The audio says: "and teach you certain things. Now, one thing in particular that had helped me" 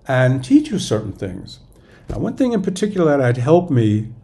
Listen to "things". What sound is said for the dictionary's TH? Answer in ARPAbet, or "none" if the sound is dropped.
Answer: TH